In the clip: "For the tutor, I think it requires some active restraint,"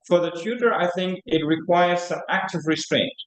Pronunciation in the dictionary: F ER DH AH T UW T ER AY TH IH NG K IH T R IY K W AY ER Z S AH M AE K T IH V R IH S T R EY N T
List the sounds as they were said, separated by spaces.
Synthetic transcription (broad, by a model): F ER DH AH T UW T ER AY TH IH NG K IH T R IY K W AY ER Z S AH M AE K T IH V R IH S T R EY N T